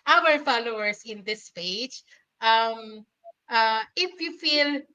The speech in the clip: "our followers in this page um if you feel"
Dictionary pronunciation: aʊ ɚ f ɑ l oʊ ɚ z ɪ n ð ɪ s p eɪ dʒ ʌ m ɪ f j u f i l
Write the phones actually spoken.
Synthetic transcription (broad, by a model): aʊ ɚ f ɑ l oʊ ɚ s ɪ n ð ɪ s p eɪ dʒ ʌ m ɪ f j u f i l